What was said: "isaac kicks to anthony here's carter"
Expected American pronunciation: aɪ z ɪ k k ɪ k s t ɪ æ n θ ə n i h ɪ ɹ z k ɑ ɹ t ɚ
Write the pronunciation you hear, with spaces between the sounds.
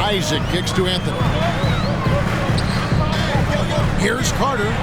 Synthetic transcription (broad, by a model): aɪ z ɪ k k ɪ k s t ɪ æ n θ ə n i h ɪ ɹ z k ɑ ɹ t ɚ